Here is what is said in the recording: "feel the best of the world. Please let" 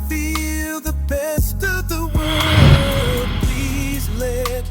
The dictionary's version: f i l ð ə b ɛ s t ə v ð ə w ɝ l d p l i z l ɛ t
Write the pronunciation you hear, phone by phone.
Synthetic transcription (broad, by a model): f i l ð ə b ɛ s t ə v ð ə w ɝ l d p l i z l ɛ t